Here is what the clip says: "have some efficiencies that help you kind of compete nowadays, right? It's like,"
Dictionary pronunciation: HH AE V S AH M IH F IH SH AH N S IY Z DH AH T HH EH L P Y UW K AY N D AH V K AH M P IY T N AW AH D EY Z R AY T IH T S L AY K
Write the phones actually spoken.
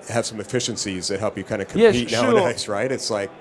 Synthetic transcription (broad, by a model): HH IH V S AH M IH F IH SH AH N S IY Z DH AH T HH EH L P Y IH K AY N D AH K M IY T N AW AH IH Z R AY T IH T S L AY K